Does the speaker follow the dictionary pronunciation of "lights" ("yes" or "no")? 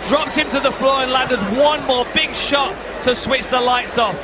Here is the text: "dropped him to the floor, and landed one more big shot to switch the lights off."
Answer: yes